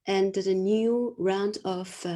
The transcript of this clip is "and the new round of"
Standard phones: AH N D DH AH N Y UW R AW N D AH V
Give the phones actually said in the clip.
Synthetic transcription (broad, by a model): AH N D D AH N Y UW R AW N D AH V